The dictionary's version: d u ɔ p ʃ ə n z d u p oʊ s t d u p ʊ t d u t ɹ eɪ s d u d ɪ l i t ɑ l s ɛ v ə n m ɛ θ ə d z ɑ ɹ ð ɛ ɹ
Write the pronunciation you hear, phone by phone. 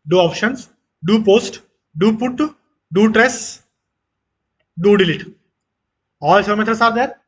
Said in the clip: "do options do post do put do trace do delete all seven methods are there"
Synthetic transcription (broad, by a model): d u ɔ p ʃ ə n s d u p oʊ s t d u p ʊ t d u t ɹ eɪ s d u d ɪ l i t ɑ l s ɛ ə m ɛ t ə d s ɑ ɹ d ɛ ɹ